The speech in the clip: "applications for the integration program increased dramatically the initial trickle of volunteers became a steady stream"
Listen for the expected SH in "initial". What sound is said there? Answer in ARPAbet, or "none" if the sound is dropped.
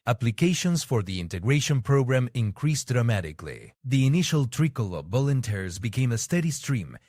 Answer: SH